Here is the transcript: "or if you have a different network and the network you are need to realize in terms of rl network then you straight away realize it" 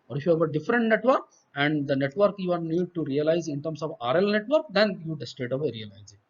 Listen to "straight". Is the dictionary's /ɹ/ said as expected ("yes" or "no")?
no